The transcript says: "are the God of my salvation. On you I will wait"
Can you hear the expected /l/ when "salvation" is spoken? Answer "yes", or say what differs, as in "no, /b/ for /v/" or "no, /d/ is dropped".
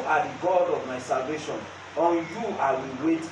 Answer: yes